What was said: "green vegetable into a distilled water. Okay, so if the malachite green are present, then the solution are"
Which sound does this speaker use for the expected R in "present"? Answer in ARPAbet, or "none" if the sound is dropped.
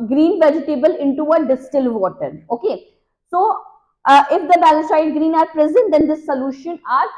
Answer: R